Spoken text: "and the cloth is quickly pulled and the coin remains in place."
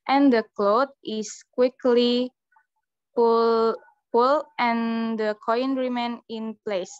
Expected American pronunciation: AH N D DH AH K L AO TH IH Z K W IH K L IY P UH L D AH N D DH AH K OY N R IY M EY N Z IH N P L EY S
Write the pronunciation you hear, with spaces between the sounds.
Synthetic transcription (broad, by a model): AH N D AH K L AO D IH S K W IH K L IY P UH L AH N D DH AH K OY N R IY M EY N IH N P L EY S